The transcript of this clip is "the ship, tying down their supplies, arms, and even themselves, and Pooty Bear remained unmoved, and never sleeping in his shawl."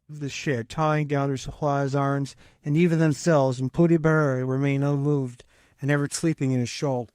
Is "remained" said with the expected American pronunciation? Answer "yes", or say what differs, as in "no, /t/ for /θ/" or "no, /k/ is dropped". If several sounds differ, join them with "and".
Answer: no, /d/ is dropped